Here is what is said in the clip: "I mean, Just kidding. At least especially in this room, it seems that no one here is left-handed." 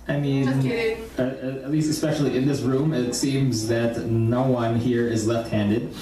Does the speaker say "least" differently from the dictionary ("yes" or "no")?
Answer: no